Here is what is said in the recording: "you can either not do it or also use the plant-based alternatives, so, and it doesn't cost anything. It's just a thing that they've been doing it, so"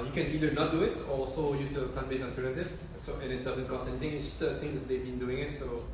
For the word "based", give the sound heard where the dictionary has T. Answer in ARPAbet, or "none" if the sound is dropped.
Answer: none